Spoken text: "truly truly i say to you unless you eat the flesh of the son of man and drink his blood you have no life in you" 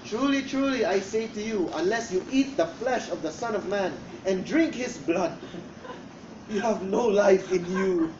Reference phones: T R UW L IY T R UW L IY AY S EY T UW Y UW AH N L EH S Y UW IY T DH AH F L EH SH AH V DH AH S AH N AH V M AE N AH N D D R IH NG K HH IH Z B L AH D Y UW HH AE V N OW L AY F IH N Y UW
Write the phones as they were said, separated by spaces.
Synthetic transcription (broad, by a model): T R UW L IY T R UW L IY AY S EY T UW Y UW AH N L EH S Y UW IY T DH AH F L EH SH AH V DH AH S AH N AH V M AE N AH N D D R IH NG K HH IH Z B L AH D Y UW HH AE V N OW L AY F IH N Y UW